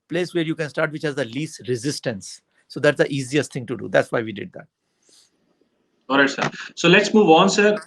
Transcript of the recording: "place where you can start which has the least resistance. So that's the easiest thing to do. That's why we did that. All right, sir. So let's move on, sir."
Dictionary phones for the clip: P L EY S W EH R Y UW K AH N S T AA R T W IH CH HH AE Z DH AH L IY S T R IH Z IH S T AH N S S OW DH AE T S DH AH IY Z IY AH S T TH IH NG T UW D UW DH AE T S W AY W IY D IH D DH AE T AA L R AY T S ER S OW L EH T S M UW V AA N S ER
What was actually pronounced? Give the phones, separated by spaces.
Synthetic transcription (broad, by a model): P L EY S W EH R Y UW K AH N S T AA R T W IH CH HH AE Z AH L IY S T R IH Z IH S T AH N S S OW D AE T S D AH IY Z IY AH S T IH NG T UW D UW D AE T S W AY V IY D IH D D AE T AA L R AY T S ER S OW L EH T S M UW V AA N S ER